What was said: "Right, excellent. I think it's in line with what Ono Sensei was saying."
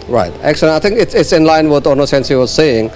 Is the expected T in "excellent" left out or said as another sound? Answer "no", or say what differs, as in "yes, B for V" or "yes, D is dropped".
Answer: yes, T is dropped